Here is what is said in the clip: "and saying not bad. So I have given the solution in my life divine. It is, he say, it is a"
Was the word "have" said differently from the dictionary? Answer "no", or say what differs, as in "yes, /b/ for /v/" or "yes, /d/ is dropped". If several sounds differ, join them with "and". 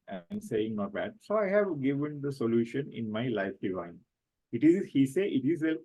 no